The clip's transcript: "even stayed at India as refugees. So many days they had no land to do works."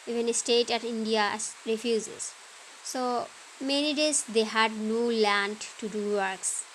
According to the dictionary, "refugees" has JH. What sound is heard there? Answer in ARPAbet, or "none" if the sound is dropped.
Z